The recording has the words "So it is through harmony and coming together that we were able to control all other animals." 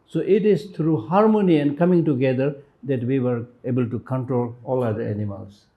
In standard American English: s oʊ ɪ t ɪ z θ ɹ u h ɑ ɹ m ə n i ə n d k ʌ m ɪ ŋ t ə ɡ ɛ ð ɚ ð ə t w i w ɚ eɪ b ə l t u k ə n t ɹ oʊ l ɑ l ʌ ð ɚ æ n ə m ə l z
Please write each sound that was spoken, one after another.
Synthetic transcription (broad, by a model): s oʊ ɪ t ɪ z t ɹ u h ɑ ɹ m ə n i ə n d k ʌ m ɪ ŋ t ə ɡ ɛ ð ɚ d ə t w i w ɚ eɪ b ə l t u k ə n t ɹ oʊ l ɑ l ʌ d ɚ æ n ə m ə l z